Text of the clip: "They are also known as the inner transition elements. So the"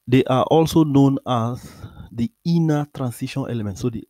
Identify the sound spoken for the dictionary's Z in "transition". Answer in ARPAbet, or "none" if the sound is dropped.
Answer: S